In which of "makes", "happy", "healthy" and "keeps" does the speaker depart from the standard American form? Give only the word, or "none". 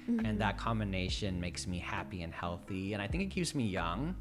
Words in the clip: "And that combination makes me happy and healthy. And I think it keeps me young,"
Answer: none